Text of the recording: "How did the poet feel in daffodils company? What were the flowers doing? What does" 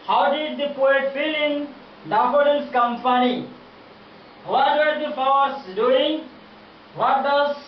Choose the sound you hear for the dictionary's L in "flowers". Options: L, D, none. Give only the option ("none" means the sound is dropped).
none